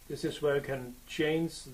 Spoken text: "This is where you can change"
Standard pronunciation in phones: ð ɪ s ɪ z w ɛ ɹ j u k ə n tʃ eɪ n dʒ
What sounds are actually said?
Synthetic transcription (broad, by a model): ð ɪ s ɪ z w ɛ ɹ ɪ k ə n tʃ eɪ n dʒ